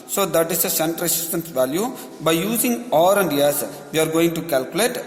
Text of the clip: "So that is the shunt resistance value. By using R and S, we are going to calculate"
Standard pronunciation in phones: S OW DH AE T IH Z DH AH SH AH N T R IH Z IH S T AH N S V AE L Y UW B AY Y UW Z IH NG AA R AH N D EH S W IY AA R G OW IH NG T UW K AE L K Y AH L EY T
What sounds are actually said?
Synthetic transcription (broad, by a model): S OW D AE T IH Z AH S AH N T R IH S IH S T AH N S V AE L Y UW B AY Y UW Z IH NG AA R AH N D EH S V IY AA R G OW IH NG T UW K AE L K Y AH L EY T